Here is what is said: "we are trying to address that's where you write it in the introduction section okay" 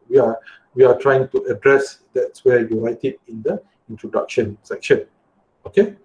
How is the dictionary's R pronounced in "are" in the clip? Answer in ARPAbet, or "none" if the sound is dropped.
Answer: W